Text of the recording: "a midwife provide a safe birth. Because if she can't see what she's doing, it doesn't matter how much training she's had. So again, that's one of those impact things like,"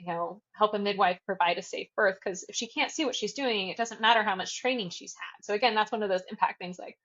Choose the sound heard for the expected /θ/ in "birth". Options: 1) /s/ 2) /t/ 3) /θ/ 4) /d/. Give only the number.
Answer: 3